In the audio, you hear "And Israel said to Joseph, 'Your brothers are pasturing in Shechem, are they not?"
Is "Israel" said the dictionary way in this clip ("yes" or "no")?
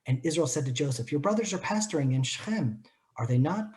yes